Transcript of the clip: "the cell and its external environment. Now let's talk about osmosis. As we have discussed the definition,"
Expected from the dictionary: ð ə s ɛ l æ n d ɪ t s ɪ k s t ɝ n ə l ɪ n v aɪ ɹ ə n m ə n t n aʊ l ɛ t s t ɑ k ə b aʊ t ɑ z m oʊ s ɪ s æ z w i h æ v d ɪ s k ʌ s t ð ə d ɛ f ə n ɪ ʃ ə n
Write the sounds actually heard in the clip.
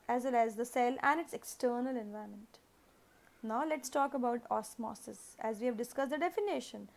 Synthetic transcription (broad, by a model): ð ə s ɛ l æ n d ɪ t s ɪ k s t ɝ n ə l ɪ n v aɪ ə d m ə n t n aʊ l ɛ t s t ɑ k ə b aʊ t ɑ s m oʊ s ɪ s æ z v i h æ v d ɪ s k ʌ s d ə d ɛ f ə n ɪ ʃ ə n